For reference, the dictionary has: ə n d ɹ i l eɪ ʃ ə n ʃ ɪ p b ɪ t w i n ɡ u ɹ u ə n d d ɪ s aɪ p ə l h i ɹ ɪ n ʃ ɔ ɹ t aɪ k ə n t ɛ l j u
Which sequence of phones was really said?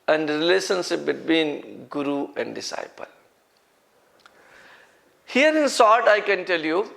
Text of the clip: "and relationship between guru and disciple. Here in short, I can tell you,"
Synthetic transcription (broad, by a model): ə n d ɹ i l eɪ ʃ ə n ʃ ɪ p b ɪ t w i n ɡ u ɹ u ə n d d ɪ s aɪ p ə l h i ɹ ɪ n s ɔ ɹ t aɪ k ə n t ɛ l j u